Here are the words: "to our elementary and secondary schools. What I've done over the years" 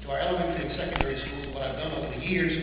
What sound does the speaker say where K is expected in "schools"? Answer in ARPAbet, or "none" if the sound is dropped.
none